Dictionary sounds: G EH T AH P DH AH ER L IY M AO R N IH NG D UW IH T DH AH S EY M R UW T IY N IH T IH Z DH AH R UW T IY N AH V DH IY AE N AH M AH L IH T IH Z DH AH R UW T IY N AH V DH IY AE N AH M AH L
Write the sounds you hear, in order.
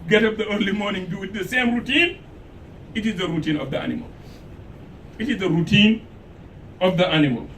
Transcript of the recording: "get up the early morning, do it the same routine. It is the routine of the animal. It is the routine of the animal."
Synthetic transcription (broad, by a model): G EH T AH P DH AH ER L IY M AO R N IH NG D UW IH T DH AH S EY M R UW T IY N IH T IH Z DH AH R UW T IY N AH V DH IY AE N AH M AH L IH T IH Z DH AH R UW T IY N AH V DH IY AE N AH M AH L